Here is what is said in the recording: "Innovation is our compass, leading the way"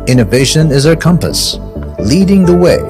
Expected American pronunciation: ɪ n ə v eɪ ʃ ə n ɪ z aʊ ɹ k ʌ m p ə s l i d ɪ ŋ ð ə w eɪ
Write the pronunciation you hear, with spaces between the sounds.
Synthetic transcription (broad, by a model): ɪ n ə v eɪ ʃ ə n ɪ z aʊ ɹ k ʌ m p ə s l i d ɪ ŋ ð ə w eɪ